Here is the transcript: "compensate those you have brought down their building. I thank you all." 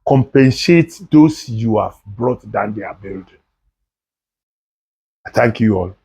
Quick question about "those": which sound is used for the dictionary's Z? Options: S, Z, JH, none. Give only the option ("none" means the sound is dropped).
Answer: S